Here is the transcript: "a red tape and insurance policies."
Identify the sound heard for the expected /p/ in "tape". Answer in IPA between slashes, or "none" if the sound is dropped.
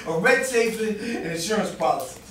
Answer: /f/